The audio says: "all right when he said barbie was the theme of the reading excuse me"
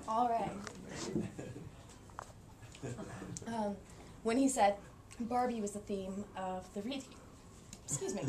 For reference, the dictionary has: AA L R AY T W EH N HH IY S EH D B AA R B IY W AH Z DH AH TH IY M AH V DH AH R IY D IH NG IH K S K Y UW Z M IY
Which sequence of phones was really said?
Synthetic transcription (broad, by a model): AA L R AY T W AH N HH IY S EH D B AA R B IY W AH Z DH AH TH IY M AH V DH AH R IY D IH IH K S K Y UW Z M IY